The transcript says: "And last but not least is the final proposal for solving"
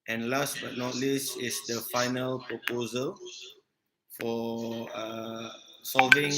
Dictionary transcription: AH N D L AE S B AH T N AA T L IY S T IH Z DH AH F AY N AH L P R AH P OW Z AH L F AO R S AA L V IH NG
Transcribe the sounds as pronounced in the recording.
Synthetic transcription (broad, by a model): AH N L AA S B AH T N AA T L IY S IH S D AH F AY N AH L P R AH P OW Z AH L F AO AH S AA L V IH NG